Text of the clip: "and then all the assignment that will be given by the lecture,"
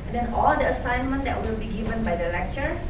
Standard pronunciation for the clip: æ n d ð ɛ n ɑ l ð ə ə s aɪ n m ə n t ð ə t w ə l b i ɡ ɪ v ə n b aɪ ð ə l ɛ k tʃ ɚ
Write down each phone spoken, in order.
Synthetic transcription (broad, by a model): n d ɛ n ɑ l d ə ə s aɪ n m ə n t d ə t w ə l b i ɡ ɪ v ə n b aɪ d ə l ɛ k tʃ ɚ